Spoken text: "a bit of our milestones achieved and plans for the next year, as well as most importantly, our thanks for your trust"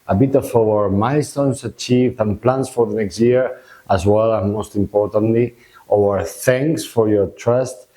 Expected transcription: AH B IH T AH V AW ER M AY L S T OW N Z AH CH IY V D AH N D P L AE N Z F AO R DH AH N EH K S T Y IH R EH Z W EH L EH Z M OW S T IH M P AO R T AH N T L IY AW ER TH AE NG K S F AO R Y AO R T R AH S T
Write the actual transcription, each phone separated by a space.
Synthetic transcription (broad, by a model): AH B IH T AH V AW ER M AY S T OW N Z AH CH IY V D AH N P L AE N S F AO R DH AH N EH K S T Y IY R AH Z W EH L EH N M OW S T IH M P AO R T AH N T L IY AW ER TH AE NG K S F AO R Y AO R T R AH S T